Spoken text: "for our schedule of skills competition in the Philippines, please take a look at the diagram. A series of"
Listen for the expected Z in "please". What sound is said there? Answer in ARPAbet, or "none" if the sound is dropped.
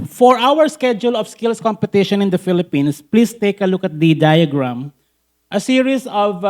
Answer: S